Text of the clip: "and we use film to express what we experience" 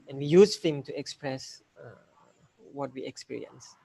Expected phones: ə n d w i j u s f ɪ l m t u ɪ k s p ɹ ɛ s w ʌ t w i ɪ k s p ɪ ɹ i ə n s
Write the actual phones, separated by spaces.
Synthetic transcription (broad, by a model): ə n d w i j u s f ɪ m t u ɪ k s p ɹ ɛ s w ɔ t w i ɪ k s p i ɹ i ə n s